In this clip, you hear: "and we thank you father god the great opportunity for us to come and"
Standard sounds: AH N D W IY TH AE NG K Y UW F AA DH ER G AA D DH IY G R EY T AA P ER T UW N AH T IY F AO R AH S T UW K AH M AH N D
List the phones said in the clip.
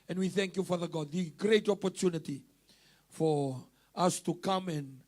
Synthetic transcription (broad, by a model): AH N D W IY TH AE NG K Y UW F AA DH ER G AA D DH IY G R EY T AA P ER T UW N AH T IY F AO R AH S T UW K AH M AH N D